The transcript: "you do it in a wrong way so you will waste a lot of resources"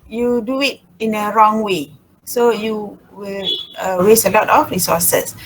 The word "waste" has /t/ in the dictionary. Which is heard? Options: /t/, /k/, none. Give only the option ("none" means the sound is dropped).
none